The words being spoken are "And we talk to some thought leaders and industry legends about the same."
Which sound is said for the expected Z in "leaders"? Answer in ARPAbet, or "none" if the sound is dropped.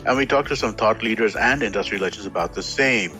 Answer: Z